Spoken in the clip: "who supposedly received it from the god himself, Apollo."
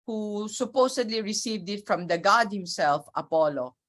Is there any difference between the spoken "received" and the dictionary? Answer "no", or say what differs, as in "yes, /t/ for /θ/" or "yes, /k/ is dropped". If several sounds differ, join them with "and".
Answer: no